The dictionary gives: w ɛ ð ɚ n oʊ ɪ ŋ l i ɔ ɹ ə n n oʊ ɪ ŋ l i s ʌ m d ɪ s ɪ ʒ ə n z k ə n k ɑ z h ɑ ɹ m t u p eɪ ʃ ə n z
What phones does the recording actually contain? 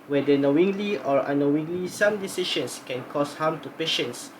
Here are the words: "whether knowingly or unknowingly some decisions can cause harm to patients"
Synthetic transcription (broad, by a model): w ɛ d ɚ n oʊ ɪ ŋ l i ɔ ɹ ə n n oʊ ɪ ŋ l i s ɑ m d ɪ s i ʃ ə n s k ə n k ɑ s h ɑ m t u p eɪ ʃ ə n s